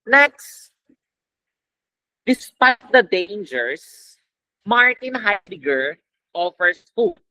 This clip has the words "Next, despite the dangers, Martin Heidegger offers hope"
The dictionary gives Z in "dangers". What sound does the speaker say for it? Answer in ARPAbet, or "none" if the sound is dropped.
S